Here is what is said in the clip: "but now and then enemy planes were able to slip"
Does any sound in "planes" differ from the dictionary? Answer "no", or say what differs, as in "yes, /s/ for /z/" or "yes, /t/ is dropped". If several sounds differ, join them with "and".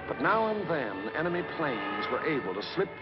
no